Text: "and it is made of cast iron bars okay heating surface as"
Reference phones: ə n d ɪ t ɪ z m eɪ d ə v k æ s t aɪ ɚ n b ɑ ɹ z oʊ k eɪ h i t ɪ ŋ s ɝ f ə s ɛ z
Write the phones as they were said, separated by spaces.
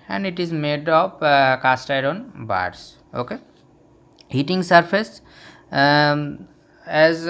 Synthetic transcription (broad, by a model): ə n d ɪ t ɪ z m eɪ d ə p k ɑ s t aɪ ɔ n b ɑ ɹ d oʊ k eɪ h i t ɪ ŋ s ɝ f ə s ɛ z